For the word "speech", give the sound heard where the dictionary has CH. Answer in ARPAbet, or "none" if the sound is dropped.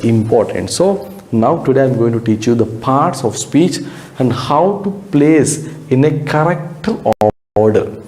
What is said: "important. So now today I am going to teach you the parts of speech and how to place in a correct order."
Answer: CH